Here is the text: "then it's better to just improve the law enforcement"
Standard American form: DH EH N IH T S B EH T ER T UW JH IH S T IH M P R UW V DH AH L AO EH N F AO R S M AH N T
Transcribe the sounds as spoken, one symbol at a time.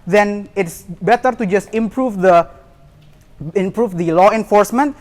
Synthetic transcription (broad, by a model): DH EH N IH T S B EH T ER T UW JH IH S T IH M P R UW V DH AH L AO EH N F AO R S M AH N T